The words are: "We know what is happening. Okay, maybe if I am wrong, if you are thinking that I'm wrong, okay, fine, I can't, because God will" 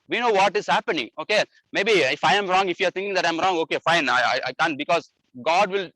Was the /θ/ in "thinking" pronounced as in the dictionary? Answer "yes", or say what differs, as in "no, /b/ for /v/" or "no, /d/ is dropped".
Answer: no, /t/ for /θ/